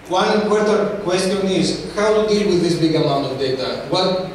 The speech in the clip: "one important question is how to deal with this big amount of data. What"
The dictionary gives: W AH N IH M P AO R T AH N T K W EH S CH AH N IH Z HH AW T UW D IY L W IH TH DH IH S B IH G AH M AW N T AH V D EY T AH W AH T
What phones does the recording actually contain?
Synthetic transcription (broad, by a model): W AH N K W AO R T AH T K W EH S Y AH N IH Z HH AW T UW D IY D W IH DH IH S B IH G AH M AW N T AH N D EY T AH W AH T